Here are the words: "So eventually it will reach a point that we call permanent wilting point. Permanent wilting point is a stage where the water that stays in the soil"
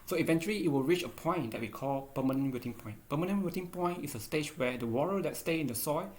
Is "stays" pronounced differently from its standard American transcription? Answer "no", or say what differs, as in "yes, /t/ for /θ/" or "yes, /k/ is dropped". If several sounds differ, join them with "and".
yes, /z/ is dropped